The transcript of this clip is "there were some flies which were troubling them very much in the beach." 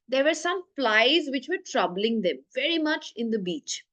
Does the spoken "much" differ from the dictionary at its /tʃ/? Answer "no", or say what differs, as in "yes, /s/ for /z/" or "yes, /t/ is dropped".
no